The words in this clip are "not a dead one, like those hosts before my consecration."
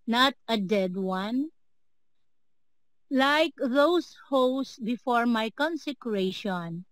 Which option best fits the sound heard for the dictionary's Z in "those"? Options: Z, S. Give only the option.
S